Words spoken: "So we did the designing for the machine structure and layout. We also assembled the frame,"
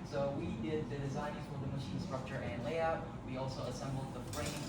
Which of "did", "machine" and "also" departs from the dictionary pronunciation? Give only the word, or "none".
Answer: none